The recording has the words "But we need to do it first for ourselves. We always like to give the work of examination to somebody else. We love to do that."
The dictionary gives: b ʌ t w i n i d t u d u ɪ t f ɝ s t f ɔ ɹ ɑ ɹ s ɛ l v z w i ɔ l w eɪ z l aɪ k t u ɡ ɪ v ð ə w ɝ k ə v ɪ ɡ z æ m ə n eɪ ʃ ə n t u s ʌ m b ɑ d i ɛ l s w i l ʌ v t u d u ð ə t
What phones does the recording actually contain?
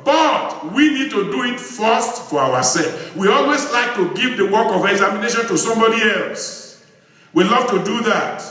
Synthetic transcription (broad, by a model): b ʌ t w i n i d t u d u ɪ t f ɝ s t f ɔ ɹ ɑ w s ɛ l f w i ɔ l w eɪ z l aɪ k t u ɡ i v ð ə w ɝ k ə v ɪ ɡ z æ m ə n eɪ ʃ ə n t u s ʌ m b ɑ d i ɛ l s w i l ʌ v t u d u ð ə t